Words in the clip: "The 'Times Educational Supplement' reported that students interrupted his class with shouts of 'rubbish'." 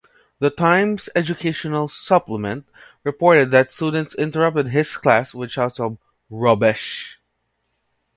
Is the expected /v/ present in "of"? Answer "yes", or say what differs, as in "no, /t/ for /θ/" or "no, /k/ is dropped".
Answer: no, /b/ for /v/